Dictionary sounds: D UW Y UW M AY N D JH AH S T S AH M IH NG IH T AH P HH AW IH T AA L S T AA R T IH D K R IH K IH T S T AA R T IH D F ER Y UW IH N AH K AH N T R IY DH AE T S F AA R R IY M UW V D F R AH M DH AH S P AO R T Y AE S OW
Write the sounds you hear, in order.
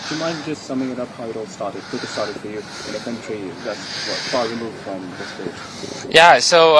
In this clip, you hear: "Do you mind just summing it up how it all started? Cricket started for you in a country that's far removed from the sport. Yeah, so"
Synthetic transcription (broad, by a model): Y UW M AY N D JH AH S T S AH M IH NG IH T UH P HH AW IH T AA L S T AA R T IH D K IH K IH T S T AA R T IH D F ER Y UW IH N AH K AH N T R IY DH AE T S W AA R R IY M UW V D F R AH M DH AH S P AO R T Y AE S OW